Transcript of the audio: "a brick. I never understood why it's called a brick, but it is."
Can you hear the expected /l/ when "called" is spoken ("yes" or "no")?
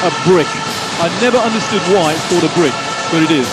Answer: no